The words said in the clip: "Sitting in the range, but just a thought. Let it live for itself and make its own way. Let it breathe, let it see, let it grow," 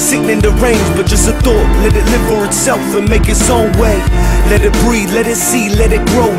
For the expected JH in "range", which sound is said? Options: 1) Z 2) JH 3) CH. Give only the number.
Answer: 1